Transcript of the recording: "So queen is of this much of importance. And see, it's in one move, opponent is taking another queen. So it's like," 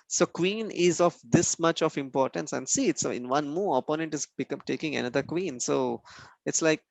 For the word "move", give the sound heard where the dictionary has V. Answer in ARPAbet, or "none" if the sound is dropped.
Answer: none